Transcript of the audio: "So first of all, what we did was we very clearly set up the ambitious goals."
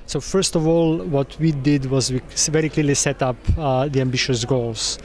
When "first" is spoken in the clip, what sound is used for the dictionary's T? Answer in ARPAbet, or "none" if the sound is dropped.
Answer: T